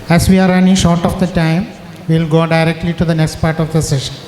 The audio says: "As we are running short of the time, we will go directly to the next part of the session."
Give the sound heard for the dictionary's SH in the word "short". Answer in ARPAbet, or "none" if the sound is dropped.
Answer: SH